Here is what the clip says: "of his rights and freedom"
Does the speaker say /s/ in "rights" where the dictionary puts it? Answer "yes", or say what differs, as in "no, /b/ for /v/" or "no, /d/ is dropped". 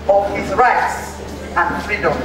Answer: yes